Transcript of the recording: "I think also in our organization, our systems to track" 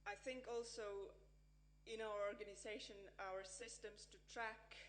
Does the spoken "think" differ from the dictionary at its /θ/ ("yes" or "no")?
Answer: no